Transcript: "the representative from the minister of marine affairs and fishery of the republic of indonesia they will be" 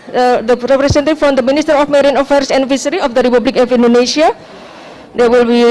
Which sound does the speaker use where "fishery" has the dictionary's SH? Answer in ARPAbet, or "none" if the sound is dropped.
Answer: S